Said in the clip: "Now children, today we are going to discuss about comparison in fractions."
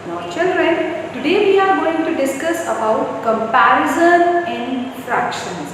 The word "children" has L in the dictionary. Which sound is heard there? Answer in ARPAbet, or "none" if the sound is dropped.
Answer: L